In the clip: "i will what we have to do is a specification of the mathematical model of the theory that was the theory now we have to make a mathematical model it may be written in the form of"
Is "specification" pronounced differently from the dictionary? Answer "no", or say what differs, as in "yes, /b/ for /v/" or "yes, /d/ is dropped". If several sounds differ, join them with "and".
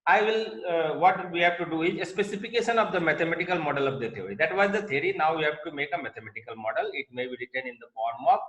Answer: no